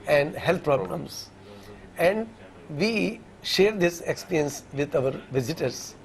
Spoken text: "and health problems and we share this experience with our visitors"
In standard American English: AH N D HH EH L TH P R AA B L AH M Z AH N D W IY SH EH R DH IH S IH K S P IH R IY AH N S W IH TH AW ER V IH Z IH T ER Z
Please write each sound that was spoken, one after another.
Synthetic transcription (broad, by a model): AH N D HH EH L T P R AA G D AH M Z AH N D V IY SH EH R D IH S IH K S P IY R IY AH N S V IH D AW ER V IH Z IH T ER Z